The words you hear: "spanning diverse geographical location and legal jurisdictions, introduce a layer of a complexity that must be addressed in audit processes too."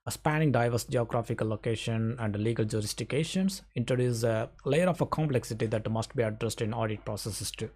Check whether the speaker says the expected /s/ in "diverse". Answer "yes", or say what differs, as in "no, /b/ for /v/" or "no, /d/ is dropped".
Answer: yes